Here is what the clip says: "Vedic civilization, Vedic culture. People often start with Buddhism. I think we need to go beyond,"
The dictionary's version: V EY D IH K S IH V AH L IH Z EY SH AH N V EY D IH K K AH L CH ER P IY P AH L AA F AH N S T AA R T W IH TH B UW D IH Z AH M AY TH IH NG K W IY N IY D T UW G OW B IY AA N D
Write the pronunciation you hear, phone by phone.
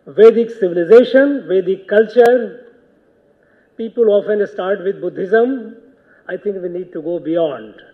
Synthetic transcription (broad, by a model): V EY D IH K S IH V AH L IH Z EY SH AH N V EY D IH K K AH L CH ER P IY P AH L AA F AH N S T AA R T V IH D B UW D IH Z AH M AY T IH NG K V IY N IY D T UW G OW B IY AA N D